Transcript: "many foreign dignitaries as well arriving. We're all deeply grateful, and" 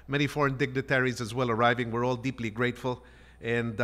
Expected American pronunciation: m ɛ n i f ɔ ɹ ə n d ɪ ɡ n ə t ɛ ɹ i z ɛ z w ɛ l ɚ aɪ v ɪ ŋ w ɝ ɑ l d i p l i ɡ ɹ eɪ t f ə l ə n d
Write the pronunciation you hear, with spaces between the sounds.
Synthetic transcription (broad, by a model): m ɛ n i f ɔ ɹ ə n d ɪ ɡ n ə t ɛ ɹ i z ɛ z w ɛ l ɚ aɪ v ɪ ŋ w ɝ ɑ l d i p l i ɡ ɹ eɪ t f ə l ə n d